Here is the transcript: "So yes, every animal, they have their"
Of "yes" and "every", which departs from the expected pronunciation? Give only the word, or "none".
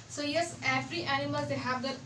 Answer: every